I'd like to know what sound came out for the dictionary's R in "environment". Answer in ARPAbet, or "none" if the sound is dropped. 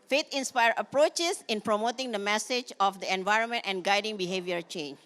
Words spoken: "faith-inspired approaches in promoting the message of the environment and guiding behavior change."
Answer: R